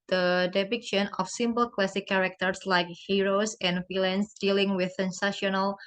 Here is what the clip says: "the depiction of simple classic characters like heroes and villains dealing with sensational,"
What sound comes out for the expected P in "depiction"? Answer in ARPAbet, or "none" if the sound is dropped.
B